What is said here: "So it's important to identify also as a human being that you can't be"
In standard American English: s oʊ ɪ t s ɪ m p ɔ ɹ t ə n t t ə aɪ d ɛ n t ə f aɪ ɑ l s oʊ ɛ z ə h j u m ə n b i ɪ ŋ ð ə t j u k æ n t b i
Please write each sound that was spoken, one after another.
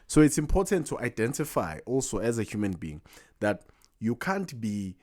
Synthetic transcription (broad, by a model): s oʊ ɪ t s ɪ m p ɔ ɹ t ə n t t aɪ d ɛ n t ə f aɪ ɑ l s oʊ ɛ z ə h j u m ə n b i ɪ ŋ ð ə t j u k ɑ n t b i